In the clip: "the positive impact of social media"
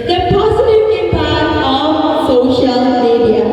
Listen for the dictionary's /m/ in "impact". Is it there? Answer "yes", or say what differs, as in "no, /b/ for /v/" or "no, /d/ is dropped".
no, /m/ is dropped